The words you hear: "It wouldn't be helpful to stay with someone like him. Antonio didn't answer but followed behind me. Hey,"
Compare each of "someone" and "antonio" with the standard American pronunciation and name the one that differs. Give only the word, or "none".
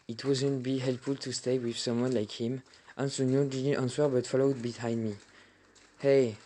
antonio